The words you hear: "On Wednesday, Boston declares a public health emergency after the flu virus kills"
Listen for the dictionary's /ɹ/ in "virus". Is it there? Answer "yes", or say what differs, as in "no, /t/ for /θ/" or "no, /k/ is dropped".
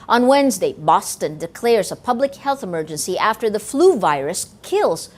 yes